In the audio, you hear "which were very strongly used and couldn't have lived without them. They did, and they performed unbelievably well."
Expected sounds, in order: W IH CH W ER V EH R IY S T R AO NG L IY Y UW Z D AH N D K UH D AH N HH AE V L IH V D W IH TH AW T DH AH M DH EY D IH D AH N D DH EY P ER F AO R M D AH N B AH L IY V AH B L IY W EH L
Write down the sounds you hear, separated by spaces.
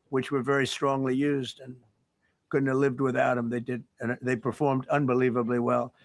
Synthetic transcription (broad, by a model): W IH CH W ER V EH R IY S T R AO NG L IY Y UW Z D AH N K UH D N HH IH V L IH V D W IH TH AW T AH M DH EY D IH D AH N DH EY P ER F AO R M D AH N B AH L IY V AH B L IY W EH L